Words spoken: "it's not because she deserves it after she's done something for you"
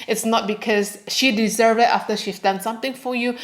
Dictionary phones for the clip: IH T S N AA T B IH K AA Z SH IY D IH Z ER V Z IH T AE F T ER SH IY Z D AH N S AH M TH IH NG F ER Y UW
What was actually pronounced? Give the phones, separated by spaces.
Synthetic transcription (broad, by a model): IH T S N AA T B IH K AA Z SH IY D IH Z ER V IH T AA F T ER SH IY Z D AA N S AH M T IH NG F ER Y UW